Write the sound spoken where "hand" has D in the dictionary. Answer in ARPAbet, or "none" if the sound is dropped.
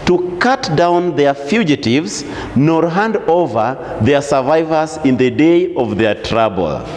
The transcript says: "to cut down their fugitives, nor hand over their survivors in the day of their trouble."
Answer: D